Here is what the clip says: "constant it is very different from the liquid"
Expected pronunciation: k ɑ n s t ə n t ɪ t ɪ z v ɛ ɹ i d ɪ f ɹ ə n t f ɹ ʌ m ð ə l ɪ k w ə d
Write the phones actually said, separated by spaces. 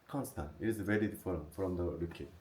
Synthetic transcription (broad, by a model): k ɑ n s t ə n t ɪ t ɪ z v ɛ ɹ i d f ə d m f ɹ ʌ m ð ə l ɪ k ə